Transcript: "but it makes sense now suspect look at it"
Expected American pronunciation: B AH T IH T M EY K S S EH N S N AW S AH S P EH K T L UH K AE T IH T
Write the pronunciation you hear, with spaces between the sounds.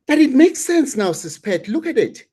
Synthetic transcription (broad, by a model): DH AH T IH T M EY K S S EH N S N AW S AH S P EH T L UH K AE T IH T